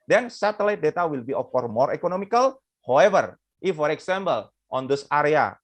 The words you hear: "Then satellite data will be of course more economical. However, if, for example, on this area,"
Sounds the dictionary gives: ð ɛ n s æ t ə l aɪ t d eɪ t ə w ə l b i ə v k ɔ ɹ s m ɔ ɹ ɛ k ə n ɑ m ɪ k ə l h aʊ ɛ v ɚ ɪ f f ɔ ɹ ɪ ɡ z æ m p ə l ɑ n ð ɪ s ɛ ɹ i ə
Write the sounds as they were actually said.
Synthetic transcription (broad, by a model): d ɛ n s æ t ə l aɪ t d eɪ t ə w ə l b i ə f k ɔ ɹ m ɔ ɹ ɛ k ə n ɑ m ɪ k ə l h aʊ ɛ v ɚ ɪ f f ɔ ɹ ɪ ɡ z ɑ m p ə l ɑ n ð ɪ s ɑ ɹ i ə